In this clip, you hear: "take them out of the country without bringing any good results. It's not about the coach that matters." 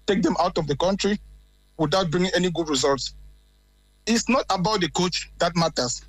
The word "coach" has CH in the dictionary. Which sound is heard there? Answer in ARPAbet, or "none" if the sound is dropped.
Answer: CH